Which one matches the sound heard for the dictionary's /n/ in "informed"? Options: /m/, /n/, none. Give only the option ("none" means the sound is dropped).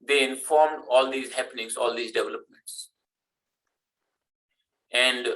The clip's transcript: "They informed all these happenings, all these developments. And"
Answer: /n/